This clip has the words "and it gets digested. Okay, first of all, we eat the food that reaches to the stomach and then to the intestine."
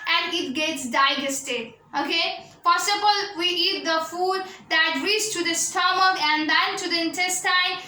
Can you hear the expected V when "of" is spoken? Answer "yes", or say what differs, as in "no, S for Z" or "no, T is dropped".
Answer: no, B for V